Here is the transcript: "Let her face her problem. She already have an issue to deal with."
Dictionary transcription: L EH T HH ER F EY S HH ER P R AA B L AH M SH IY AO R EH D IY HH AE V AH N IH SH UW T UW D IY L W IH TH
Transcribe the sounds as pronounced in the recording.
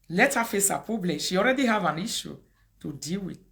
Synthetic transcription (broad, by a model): L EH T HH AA F EY S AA P AA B L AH SH IY AO R EH D IY HH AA V AH N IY SH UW T UW D IY L W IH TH